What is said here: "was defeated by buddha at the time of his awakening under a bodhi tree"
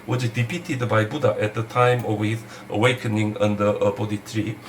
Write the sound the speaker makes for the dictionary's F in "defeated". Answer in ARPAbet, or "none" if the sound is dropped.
P